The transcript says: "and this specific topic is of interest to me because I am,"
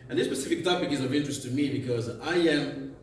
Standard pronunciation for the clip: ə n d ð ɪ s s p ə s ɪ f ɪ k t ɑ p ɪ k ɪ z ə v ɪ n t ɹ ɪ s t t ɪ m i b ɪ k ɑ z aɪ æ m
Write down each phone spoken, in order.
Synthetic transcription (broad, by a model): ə n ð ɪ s s p ə s ɪ f ɪ k t ɑ p ɪ k ɪ z ə v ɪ n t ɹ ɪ s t t ɪ m i b ɪ k ɑ z aɪ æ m